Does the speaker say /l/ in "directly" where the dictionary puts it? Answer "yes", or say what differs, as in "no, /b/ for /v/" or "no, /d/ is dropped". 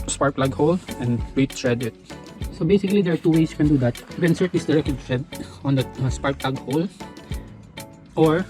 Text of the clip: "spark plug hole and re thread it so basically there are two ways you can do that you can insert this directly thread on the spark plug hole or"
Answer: no, /l/ is dropped